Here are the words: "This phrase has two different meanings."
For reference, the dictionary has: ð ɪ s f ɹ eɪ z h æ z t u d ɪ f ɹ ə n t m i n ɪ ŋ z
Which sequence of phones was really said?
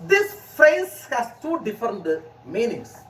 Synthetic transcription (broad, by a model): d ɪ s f eɪ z h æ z t u d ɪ f ɹ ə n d m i n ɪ ŋ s